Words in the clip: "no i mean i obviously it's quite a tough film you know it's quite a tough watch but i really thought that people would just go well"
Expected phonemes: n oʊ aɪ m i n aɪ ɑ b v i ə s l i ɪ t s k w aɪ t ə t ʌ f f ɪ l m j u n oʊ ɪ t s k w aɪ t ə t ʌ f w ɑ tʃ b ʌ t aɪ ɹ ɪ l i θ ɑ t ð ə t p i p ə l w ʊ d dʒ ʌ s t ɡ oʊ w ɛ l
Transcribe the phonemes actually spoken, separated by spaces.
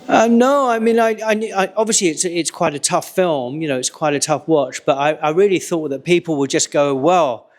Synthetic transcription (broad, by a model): n oʊ aɪ m i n aɪ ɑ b v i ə s l i ɪ t s k w aɪ t ə t ʌ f f ɪ l m j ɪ n oʊ ɪ t s k w aɪ t ə t ʌ f w ɑ tʃ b ʌ t aɪ ɹ ɪ l i θ ɑ t ð ə t p i p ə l w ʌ d dʒ ʌ s ɡ oʊ w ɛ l